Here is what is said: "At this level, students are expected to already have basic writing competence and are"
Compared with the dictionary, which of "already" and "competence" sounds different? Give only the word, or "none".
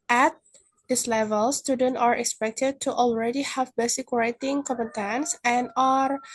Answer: competence